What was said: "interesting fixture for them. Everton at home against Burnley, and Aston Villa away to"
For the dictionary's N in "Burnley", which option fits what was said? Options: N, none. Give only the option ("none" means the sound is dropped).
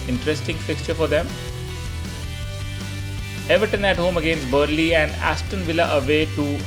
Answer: none